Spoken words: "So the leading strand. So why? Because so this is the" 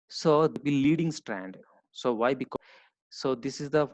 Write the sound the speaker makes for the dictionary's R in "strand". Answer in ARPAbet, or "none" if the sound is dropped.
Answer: R